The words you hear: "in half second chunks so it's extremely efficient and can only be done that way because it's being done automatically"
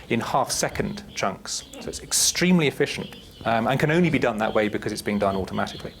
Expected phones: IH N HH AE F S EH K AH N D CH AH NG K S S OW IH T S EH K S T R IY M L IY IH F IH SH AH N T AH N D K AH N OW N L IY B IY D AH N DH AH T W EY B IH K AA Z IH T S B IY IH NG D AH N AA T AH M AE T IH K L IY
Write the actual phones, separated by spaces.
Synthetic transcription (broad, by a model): IH N HH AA F S EH K AH N D CH AH NG K S S OW IH T S EH K S T R IY M L IY IH F IH SH AH N T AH N K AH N OW N L IY B IY D AH N DH AH T W EY B IH K AA Z IH T S B IY IH NG D AH N AA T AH M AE T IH K L IY